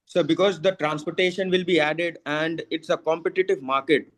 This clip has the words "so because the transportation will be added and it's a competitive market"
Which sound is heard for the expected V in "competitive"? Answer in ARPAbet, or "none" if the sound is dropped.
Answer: V